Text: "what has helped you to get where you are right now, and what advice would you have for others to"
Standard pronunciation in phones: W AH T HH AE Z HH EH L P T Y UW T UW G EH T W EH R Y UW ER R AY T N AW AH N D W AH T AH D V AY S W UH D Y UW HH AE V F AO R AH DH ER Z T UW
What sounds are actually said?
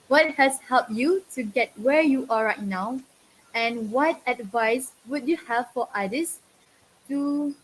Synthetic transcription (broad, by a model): W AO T HH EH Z HH EH L P Y UW T UW G EH T W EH Y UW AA R AY T N AW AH N W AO T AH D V AY S W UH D Y UW HH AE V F AO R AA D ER S T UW